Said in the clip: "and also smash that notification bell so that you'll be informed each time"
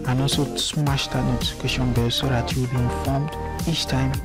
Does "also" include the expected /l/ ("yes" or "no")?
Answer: no